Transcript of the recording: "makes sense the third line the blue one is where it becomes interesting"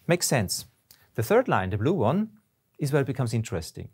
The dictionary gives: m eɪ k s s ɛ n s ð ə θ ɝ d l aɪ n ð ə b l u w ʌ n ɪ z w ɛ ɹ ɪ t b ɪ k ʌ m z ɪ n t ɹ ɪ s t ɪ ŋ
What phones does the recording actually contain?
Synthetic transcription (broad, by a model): m eɪ k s s ɛ n s ð ə θ ɝ d l aɪ n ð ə b l u w ʌ n ɪ z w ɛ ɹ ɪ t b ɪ k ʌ m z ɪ n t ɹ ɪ s t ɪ ŋ